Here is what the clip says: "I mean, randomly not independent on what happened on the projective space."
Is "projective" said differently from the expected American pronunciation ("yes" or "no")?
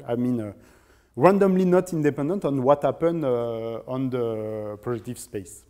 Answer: yes